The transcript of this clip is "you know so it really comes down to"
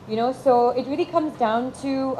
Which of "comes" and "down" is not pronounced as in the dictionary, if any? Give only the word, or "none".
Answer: none